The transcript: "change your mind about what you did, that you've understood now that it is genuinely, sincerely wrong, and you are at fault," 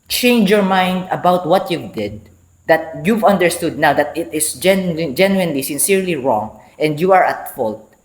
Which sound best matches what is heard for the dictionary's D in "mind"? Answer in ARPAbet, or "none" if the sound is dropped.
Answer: D